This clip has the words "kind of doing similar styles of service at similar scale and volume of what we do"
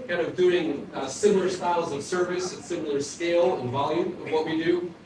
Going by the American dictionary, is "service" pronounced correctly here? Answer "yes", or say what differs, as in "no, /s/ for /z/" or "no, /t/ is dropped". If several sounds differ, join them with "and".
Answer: yes